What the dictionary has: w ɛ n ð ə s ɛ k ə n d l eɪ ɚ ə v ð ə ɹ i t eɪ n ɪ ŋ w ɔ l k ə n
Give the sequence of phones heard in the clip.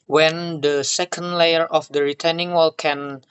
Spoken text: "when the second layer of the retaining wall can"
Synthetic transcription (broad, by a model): w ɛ n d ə s ɛ k ə n d l eɪ ɚ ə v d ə ɹ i t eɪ n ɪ ŋ w ɔ l k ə n